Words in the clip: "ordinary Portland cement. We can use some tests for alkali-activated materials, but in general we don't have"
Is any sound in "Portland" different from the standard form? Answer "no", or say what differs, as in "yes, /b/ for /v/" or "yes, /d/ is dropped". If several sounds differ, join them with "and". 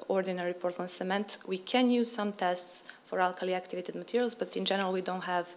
yes, /l/ is dropped